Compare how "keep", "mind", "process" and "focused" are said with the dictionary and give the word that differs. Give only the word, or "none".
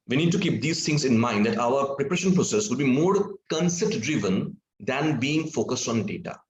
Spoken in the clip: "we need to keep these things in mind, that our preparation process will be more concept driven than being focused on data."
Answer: none